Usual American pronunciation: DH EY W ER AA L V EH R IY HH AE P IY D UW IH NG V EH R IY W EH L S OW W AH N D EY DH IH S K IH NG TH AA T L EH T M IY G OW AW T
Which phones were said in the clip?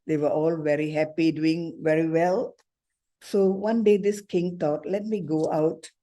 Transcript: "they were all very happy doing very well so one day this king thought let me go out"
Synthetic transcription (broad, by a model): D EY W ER AA L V EH R IY HH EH P IY D UW IH NG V EH R IY W EH L S OW W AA N D EY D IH S K IH NG T AA T L EH T M IY G OW AW T